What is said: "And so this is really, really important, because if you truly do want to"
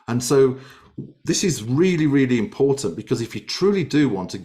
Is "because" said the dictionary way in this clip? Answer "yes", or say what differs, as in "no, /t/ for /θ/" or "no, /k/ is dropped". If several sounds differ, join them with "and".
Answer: yes